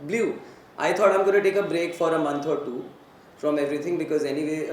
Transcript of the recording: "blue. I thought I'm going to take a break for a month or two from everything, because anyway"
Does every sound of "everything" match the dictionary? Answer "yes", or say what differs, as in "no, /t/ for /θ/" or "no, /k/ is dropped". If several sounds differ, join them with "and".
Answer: no, /t/ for /θ/